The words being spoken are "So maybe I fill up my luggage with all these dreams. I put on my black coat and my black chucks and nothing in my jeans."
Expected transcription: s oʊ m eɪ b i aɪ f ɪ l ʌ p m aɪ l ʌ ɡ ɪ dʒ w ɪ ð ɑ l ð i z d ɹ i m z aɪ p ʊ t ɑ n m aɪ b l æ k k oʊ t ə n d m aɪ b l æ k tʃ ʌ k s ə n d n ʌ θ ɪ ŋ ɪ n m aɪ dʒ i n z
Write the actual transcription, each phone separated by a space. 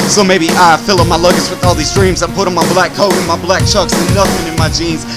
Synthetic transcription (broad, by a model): s oʊ m eɪ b i aɪ f ɪ l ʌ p m aɪ l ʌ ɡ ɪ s w ɪ ð ɑ l ð i z d ɹ i m z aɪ p ʊ t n m aɪ b l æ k k oʊ t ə n m aɪ b l æ k tʃ ʌ k s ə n n ʌ θ ɪ ŋ ɪ n m aɪ dʒ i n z